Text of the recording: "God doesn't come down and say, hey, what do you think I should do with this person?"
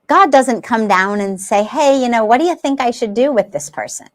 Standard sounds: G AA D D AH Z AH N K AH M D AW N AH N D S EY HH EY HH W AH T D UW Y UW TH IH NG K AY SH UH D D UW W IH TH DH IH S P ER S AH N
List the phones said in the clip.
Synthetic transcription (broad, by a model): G AA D D AH Z AH N K AH M D AW N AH N S EY HH EY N W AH T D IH Y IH TH IH NG K AY SH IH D D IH W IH DH IH S P ER S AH N